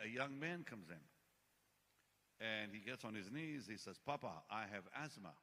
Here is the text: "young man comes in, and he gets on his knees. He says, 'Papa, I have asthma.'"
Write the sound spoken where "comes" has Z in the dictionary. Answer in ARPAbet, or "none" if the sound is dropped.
Z